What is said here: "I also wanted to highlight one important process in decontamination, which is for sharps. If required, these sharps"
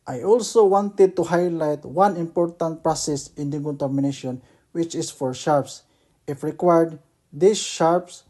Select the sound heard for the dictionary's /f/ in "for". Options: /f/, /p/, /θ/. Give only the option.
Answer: /f/